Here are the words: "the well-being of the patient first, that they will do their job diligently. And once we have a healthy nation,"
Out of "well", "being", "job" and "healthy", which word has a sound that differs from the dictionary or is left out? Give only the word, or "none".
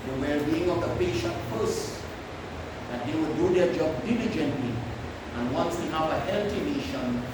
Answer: healthy